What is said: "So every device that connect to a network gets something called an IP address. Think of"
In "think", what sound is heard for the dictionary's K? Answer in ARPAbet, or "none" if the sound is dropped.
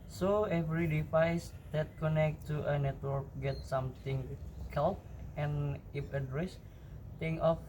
none